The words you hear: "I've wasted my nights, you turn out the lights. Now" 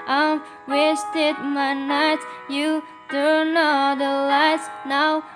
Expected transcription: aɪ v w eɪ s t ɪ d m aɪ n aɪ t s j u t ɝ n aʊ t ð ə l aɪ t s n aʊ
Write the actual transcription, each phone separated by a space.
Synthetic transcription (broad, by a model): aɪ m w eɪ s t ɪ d m aɪ n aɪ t j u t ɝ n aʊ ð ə l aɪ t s n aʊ